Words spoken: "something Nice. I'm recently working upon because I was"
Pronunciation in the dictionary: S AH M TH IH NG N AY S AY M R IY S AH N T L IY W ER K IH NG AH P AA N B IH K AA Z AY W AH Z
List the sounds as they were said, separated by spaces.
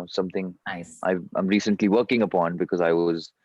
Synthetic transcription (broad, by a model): S AH M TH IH NG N AY AY M R IY S AH N T L IY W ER K IH NG AH P AA N B IH K AA Z AY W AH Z